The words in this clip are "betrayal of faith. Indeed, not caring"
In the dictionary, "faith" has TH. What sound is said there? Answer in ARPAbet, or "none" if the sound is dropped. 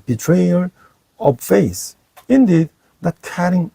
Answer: S